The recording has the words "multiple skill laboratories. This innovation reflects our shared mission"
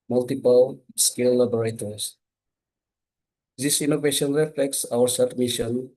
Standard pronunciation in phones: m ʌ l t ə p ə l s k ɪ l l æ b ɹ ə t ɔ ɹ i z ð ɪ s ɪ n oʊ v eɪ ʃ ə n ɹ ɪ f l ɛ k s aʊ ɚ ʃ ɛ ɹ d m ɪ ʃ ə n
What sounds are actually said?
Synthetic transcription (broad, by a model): m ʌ l t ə p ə l s k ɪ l l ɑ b ɹ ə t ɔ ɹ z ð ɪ s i n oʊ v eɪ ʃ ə n ɹ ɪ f l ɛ k s aʊ ɚ s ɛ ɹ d m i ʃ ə n